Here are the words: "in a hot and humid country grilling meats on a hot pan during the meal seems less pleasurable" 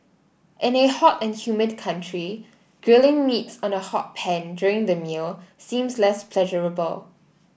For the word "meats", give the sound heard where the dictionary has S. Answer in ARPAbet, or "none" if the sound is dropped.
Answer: S